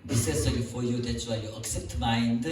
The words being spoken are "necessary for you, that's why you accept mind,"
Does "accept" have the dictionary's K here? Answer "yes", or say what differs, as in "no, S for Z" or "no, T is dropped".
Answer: yes